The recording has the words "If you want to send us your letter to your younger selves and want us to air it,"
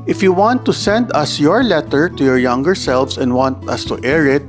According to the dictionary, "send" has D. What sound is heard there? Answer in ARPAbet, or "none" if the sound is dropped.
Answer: D